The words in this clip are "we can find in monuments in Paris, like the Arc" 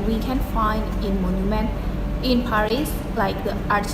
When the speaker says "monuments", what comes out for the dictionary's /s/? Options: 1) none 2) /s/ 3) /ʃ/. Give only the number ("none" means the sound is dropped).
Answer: 1